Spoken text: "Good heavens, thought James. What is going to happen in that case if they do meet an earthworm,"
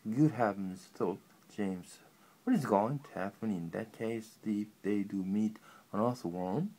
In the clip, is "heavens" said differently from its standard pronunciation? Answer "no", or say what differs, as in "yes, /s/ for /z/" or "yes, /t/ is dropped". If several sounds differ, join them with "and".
yes, /p/ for /v/